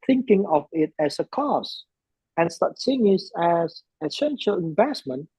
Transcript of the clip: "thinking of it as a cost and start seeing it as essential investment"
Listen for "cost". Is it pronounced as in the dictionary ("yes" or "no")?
no